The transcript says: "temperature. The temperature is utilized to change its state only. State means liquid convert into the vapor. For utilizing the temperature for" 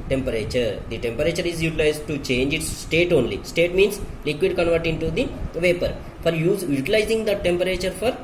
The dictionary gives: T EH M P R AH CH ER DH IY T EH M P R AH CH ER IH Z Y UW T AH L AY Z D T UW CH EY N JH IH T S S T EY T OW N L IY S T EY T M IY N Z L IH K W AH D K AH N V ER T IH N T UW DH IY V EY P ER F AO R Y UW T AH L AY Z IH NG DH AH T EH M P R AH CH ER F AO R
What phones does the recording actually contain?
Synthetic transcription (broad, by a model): T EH M P R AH CH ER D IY T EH M P R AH CH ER IH Z Y UW T AH L AY Z D T UW CH EY N JH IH T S S T EY T OW N L IY S T EY T M IY N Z L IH K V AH D K AH N V ER T IH N T UW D IY V EY P ER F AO R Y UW T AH L AY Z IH NG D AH T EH M P R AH CH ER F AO R